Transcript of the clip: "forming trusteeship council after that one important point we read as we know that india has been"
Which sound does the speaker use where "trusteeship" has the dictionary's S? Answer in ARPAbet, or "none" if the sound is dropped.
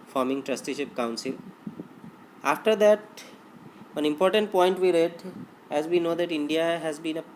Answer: S